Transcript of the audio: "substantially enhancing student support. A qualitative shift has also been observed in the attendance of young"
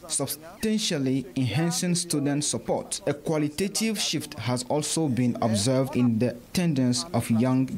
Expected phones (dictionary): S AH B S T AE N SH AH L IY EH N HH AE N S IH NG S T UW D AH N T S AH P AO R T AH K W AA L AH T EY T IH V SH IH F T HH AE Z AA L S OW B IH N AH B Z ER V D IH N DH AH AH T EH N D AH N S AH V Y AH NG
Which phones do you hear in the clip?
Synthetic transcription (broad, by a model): S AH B S T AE N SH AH L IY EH N HH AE N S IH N S T UW D AH N T S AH P AO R T AH K W AA L AH T EY T IH V SH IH F T HH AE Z AA L S OW B IH N AH B Z ER V D IH N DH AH AH T EH N D AH N S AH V Y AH NG